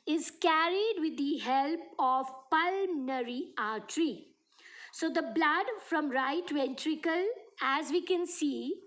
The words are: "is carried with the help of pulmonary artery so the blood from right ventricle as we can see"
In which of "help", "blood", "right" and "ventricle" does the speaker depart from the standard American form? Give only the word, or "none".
none